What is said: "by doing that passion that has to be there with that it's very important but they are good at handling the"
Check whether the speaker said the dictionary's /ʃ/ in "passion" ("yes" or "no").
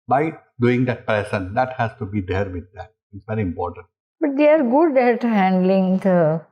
no